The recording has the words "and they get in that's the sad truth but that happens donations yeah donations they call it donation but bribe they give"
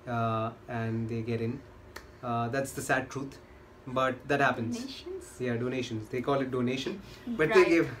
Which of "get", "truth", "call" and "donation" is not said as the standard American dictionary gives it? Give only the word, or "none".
truth